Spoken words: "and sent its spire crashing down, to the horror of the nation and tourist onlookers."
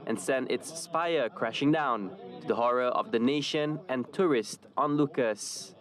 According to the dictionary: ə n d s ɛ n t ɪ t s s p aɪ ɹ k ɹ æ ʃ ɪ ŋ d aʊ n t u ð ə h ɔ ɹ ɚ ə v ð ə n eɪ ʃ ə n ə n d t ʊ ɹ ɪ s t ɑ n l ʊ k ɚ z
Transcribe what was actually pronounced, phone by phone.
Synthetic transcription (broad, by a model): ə n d s ɛ n t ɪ t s s p aɪ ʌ k ɹ æ ʃ ɪ ŋ d aʊ n t u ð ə h ɔ ɹ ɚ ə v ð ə n eɪ ʃ ə n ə n t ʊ ɹ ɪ s t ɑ n l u k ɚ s